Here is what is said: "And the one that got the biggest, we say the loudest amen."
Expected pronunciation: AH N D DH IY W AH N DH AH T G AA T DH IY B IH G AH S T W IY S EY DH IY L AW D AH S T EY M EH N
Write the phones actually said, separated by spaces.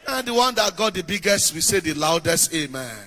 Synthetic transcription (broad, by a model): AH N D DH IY W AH N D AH T G AA T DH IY B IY G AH S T W IY S EY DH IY L AW D AH S T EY M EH N